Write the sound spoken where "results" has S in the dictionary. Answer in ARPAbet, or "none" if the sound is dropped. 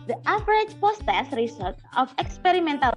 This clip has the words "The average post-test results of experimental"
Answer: none